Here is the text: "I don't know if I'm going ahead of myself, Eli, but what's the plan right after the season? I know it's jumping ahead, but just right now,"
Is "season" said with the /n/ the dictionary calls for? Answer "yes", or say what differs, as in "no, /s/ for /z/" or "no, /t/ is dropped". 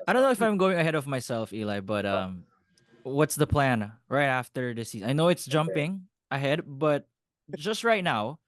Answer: no, /n/ is dropped